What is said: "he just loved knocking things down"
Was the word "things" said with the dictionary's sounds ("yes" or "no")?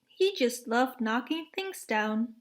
yes